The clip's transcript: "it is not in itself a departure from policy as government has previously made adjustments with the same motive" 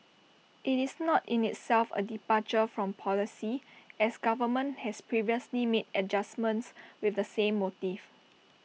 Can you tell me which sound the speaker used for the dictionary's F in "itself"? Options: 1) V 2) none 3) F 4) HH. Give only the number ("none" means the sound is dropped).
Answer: 3